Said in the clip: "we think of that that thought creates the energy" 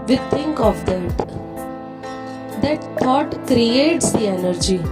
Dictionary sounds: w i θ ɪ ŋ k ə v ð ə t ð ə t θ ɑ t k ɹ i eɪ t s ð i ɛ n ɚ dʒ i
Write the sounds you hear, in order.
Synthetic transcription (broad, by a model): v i t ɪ ŋ k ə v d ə t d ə t t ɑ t k ɹ i eɪ t s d i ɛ n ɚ dʒ i